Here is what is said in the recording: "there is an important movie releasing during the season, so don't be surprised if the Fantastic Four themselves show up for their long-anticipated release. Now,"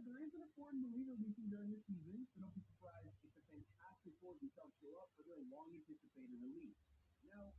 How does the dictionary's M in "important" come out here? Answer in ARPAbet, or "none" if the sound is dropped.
none